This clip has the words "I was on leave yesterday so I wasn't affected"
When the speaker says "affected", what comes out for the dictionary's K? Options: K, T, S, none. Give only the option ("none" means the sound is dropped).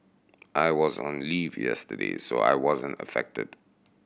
K